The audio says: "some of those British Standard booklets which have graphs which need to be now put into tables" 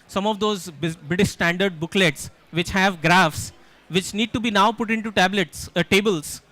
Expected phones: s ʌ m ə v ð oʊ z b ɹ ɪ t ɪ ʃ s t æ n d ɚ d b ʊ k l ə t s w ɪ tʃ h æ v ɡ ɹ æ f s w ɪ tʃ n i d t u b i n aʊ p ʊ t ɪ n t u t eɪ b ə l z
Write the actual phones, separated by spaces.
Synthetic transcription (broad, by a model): s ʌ m ə v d oʊ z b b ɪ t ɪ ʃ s t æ n d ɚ d b ʊ k l ə t s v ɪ tʃ h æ v ɡ ɹ æ f s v ɪ tʃ n i d t u b i n aʊ p ʊ t ɪ n t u t eɪ b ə l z